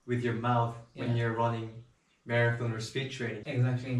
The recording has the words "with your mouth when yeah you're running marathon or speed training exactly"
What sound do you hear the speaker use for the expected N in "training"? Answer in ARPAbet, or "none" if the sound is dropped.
none